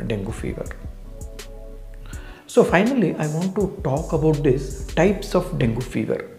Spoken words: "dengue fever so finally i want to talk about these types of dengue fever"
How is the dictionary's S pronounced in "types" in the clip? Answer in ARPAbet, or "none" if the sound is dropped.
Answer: S